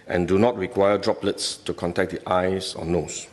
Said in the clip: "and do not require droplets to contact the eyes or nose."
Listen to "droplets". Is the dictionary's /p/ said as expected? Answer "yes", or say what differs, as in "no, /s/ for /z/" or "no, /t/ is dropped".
yes